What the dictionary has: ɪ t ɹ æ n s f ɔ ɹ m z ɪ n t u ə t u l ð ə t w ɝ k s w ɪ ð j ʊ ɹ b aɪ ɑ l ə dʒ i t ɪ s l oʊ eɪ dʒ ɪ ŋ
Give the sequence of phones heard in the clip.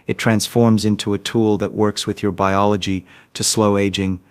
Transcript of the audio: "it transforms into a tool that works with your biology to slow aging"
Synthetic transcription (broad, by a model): ɪ t ɹ æ n s f ɔ ɹ m z ɪ n t u ə t u l ð ə t w ɝ k s w ɪ ð j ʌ ɹ b aɪ ɑ l ə dʒ i t ɪ s l oʊ eɪ dʒ ɪ ŋ